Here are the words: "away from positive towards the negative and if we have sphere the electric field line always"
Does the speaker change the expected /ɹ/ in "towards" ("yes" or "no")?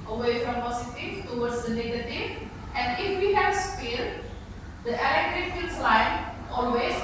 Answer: yes